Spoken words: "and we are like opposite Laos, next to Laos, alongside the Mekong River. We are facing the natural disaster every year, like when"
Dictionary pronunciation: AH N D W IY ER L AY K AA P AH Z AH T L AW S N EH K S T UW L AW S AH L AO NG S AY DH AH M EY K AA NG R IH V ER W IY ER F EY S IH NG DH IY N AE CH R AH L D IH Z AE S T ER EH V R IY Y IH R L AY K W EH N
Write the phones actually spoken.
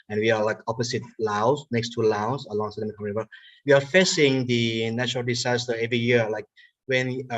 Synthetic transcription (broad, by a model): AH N W IY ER L AY K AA P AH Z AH T L AW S N EH K S T UW L AW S AH L AO NG S AY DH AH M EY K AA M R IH B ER W IY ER F EY S IH NG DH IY N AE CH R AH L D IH S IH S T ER EH V R IY Y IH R L AY K W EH N